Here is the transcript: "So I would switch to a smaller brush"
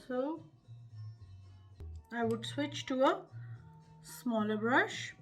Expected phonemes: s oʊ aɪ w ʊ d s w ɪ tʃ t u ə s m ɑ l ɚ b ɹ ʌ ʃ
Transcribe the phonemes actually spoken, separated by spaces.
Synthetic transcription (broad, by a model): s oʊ aɪ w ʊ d s w ɪ tʃ t u ə s m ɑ l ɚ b ɹ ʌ ʃ